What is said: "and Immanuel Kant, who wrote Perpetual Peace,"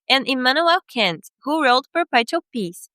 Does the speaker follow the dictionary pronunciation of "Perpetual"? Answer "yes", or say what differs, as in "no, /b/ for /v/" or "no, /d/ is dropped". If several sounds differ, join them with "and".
no, /tʃ/ is dropped